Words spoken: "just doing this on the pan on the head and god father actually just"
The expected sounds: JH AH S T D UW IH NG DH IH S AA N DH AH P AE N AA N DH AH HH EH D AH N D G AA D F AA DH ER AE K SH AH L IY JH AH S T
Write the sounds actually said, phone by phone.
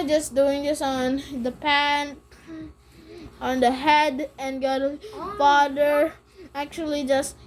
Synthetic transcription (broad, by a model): JH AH S D UW IH NG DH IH S N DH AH P AE N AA N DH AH HH EH D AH N G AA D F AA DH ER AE K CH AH L IY JH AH S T